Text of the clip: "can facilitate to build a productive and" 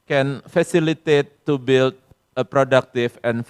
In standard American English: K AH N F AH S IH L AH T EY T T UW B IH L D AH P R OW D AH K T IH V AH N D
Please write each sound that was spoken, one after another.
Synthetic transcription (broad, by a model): K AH N F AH S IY L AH T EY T T UW B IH L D AH P R OW D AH K T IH F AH N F